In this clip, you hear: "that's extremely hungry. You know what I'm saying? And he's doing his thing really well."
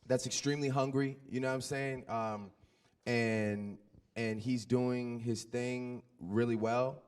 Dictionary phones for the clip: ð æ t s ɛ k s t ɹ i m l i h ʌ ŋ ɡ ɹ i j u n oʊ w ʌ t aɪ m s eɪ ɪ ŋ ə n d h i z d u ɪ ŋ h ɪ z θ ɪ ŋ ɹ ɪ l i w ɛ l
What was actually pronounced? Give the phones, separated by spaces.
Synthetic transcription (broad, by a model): ð æ t s ɛ k s t ɹ i m l i h ʌ ŋ ɡ ɹ i j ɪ n oʊ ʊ aɪ m s eɪ ɪ ŋ ə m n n i z d u ɪ ŋ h ɪ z θ ɪ ŋ ɹ ɪ l i w ɛ l